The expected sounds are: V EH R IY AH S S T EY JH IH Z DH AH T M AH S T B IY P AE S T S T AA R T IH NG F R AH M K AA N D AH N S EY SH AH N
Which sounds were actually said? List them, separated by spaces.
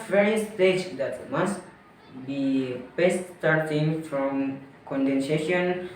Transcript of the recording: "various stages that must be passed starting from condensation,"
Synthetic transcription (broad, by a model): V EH R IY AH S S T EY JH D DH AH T M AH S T B IY B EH S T S T AA R T IH NG F R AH M K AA N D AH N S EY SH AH N